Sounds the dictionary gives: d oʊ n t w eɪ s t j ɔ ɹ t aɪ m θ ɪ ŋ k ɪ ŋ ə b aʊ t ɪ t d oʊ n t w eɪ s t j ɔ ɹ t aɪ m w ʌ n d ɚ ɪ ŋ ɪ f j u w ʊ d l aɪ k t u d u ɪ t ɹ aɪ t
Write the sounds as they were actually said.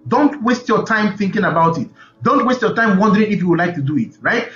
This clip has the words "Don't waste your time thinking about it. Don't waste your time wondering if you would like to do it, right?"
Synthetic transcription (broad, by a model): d oʊ n t w eɪ s t j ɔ t aɪ m θ ɪ ŋ k ɪ ŋ ə b aʊ t ɪ t d oʊ n t w eɪ s t j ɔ t aɪ m w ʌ n d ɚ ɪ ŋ ɪ f j u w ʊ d l aɪ k t u d u ɪ t ɹ aɪ t